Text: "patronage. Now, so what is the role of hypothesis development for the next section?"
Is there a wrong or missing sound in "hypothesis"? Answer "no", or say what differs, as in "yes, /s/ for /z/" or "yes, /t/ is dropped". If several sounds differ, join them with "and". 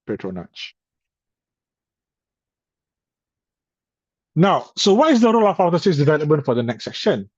yes, /p/ is dropped